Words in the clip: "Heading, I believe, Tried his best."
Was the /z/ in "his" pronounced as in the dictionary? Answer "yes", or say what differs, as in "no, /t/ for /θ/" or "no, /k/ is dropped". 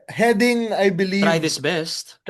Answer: no, /s/ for /z/